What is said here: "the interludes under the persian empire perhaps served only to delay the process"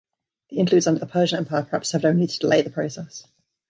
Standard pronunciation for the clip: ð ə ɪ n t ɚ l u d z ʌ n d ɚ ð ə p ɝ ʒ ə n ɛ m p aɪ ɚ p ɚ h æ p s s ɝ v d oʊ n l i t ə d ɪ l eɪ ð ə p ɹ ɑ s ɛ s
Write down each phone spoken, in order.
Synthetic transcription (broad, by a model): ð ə ɪ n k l u d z ʌ n d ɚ ð ə p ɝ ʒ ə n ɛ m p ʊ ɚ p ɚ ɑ p s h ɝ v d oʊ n i t ə d ɪ l eɪ ð ə p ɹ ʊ s ɛ s